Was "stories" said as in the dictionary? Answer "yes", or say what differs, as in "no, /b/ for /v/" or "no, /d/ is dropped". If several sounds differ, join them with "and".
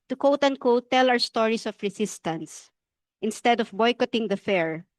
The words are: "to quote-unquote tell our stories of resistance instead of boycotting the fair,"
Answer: no, /s/ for /z/